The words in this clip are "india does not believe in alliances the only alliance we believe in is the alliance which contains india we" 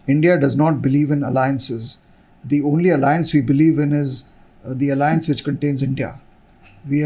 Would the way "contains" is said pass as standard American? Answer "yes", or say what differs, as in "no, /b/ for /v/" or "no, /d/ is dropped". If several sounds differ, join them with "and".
yes